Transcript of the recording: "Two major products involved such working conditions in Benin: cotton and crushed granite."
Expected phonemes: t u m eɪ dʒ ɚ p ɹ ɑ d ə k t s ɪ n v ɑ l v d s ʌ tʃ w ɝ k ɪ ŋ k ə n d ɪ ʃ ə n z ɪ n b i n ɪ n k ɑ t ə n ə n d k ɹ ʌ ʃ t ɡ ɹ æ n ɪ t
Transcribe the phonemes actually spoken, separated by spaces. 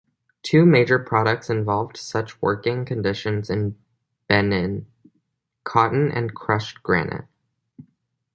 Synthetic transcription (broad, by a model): t u m eɪ dʒ ɚ p ɹ ɑ d ə k t s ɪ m v ɑ l v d s ʌ tʃ w ɝ k ɪ ŋ k ə n d ɪ ʃ ə n z ɪ n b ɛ n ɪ n k ɑ t n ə n k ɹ ʌ ʃ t ɡ ɹ æ n ɪ t